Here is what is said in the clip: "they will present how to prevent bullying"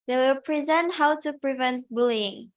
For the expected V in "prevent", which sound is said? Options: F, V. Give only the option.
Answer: V